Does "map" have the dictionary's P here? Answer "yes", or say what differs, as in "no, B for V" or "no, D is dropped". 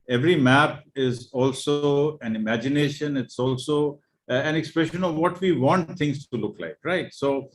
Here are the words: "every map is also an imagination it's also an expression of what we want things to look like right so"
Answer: yes